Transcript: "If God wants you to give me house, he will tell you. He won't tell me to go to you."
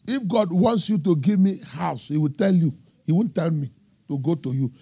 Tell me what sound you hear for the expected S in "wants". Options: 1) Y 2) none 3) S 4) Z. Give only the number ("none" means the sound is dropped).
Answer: 3